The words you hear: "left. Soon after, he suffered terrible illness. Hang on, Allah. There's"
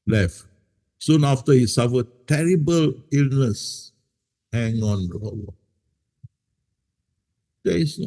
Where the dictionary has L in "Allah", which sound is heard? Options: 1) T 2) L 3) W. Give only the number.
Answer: 3